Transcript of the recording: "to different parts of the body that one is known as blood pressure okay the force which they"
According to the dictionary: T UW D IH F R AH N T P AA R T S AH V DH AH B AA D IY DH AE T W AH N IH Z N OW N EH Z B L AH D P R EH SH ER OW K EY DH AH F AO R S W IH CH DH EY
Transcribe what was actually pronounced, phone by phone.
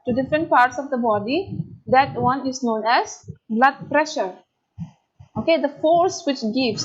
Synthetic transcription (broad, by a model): T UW D IH F R AH N T P AA R T S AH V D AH B AA D IY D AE T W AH N IH Z N OW N EH Z B L AH D P R EH SH ER OW K EY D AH F AO R S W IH CH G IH